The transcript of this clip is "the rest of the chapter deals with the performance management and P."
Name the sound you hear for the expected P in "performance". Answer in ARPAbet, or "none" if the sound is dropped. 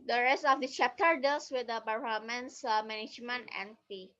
B